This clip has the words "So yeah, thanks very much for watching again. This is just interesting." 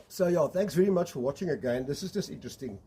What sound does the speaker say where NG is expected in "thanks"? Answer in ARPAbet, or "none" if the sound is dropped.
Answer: NG